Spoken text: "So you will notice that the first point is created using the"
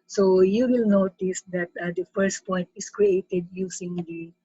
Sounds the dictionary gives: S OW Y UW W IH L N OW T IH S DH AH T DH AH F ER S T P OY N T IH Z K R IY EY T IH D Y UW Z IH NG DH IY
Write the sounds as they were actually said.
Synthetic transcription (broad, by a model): S OW Y UW W IH L N OW T IH S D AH T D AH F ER S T P OY N T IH S K R IY EY T IH D Y UW S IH NG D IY